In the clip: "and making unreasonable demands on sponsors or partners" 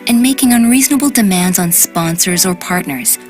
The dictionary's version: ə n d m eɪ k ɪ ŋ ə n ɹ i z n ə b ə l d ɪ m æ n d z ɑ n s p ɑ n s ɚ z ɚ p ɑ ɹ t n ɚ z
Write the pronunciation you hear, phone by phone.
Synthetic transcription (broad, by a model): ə n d m eɪ k ɪ ŋ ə n ɹ i z n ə b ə l d ɪ m æ n d z n s p ɑ n s ɚ z ɚ p ɑ ɹ t n ɚ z